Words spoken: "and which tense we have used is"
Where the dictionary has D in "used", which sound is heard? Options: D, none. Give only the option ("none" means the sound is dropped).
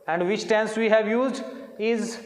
D